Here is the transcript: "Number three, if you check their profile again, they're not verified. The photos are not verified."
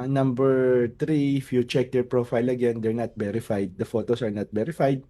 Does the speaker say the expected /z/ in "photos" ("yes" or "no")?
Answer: no